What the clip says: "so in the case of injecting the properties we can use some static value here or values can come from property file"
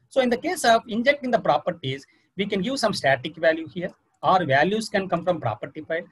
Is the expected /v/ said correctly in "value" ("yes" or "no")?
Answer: yes